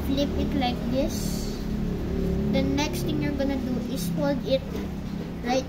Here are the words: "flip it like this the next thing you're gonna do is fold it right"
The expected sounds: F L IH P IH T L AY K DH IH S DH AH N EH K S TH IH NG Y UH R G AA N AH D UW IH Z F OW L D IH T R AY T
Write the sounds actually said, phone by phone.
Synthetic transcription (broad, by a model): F L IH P IH T L AY K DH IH S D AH N EH K S T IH NG Y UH R G AA N AH D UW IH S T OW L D IH T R AY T